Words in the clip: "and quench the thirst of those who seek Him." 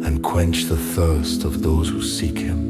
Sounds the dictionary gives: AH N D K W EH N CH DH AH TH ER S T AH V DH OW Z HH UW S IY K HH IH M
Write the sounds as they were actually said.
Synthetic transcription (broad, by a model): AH N K W EH N CH DH AH TH ER S T AH V DH OW Z HH UW S IY K HH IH M